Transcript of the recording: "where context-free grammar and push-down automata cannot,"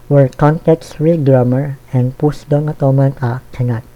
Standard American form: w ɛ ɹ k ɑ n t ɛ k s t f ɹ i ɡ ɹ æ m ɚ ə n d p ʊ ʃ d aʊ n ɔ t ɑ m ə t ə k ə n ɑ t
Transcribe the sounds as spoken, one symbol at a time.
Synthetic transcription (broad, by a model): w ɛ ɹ k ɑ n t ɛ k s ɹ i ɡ ɹ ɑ m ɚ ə n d p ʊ s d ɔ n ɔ t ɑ m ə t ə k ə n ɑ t